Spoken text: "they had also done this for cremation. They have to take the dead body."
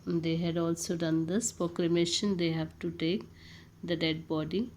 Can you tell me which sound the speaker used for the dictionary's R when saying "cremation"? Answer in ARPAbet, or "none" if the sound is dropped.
L